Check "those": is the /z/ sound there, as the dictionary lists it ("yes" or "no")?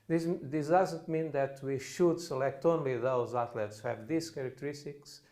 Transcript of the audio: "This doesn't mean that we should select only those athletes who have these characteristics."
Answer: yes